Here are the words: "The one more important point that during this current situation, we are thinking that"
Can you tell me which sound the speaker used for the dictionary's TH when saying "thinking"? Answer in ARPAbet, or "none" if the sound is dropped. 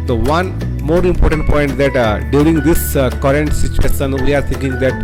T